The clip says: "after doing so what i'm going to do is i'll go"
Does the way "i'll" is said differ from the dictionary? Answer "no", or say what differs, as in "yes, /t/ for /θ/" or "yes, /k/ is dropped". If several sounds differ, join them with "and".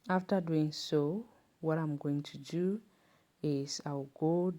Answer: yes, /w/ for /l/